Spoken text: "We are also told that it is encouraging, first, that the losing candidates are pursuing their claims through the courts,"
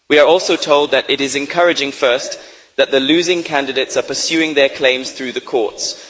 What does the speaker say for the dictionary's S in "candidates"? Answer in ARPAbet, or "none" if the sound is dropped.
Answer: S